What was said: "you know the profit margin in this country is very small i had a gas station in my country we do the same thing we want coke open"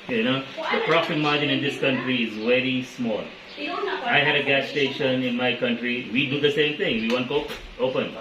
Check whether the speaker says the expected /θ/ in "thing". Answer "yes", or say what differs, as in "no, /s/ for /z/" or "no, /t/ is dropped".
no, /t/ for /θ/